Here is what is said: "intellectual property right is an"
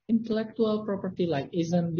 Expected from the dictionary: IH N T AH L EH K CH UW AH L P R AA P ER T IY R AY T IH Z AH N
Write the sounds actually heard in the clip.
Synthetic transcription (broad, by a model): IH N T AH L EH K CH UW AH L P R AA P ER T IY L AY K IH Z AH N